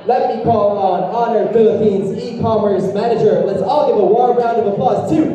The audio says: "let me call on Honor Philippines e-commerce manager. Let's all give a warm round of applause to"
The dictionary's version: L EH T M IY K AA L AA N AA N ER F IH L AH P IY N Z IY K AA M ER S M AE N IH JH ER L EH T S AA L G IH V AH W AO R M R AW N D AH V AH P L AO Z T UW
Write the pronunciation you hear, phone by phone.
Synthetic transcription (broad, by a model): L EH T M IY K AA L N AA N ER F IH L AH P IY N Z IY K AA M ER S M AE N IH JH ER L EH T S AA L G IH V AH W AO R R AW N D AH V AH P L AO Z T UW